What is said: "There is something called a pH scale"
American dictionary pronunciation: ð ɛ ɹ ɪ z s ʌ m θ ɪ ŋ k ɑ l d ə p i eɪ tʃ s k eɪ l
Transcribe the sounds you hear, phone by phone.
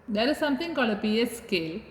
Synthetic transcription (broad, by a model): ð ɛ ɹ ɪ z s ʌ m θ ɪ ŋ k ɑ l ə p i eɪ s k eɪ l